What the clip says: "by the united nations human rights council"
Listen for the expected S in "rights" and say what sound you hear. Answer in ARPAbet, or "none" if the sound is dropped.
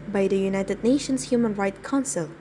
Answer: none